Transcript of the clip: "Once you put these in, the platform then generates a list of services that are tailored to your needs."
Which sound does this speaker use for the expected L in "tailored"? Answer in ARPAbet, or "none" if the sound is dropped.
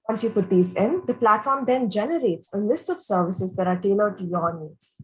N